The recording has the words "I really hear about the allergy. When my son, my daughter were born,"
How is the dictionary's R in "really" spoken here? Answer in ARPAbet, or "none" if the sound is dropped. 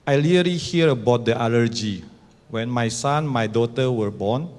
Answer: L